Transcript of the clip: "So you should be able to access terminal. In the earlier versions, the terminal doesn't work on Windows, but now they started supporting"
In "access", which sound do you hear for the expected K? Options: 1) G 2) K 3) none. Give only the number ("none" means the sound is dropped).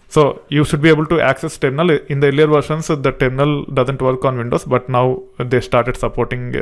2